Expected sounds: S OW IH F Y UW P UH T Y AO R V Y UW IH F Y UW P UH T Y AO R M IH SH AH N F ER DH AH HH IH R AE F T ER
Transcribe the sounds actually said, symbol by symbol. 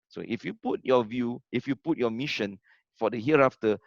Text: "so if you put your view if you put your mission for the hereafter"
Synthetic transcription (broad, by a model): S OW IH F Y UW P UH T Y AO V Y UW IH F Y UW P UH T Y AO M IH SH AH N F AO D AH HH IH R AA F T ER